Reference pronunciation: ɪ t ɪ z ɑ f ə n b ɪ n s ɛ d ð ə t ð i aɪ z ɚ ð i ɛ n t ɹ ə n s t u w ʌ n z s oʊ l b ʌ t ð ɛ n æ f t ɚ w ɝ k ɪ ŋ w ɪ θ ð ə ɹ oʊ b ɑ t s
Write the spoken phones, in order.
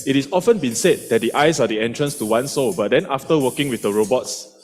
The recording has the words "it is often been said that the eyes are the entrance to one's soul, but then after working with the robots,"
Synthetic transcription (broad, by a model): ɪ t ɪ s ɑ f ə n b ɪ n s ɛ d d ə t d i aɪ s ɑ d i ɛ n t ɹ ə n s t u w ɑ n s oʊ b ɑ t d ɛ n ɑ f t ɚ w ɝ k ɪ ŋ w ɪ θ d ə ɹ oʊ b ɑ t s